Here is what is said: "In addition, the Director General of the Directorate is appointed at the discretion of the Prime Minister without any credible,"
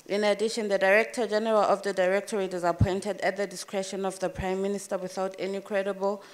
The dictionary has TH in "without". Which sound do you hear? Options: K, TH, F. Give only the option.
TH